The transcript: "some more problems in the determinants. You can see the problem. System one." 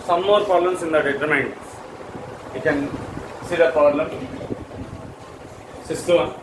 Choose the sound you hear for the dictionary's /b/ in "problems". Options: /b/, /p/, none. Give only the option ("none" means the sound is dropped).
none